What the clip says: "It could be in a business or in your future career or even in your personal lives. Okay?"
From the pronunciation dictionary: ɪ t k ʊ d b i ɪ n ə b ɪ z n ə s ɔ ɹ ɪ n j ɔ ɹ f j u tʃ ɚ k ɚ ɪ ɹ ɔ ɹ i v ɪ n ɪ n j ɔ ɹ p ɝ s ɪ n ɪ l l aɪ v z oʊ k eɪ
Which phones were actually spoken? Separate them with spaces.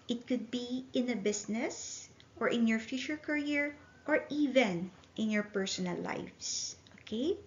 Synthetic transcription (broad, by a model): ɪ t k ʊ d b i ɪ n ə b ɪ s n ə s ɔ ɹ ɪ n j ɔ ɹ f j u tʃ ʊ k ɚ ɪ ɹ ɔ ɹ i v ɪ n ɪ n j ɔ ɹ p ɝ s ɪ n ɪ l l aɪ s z oʊ k eɪ